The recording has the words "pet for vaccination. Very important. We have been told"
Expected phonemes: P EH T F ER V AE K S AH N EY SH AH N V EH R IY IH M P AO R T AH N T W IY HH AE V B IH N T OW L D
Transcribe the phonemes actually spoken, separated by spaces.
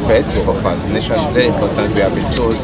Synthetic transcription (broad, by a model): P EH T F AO F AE S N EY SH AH N V EH R IY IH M P AO T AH N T W IY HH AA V B IH N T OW L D